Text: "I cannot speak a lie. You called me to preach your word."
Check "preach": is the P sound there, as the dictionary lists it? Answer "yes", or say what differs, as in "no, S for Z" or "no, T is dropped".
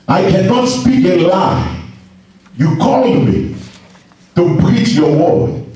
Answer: no, B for P